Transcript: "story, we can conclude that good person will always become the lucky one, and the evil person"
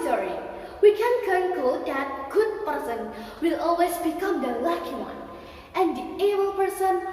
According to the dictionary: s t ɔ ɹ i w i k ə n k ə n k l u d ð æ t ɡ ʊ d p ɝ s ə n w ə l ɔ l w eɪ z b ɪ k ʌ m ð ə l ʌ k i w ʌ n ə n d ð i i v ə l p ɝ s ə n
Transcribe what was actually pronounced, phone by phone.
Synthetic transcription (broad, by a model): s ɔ ɹ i w i k ə n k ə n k ɔ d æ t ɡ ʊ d p ɝ s ə n w ə l ɔ l w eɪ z b ɪ k ʌ m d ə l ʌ k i w ʌ n ə n d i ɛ b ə l p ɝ s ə n